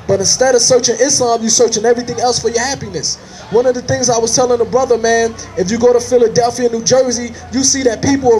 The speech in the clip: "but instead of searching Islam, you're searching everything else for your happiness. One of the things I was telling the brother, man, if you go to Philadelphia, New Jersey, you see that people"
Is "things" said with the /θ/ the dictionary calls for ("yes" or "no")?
yes